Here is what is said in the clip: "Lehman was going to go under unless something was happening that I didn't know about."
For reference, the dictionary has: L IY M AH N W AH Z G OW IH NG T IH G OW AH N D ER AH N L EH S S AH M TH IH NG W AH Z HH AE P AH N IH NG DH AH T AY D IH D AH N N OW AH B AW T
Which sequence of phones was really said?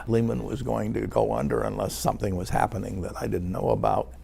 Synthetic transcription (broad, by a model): L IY M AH N W AH Z G OW IH NG T IH G OW AH N D ER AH N L EH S S AH M TH IH NG W AH Z HH AE P AH N IH NG DH AH T AY D IH D N N OW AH B AW T